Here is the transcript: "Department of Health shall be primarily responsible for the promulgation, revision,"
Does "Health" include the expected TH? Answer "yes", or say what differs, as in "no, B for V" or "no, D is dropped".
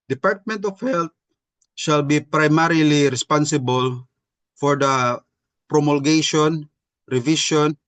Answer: no, T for TH